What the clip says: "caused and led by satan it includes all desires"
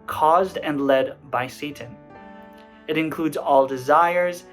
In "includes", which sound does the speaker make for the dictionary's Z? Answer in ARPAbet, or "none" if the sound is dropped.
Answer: Z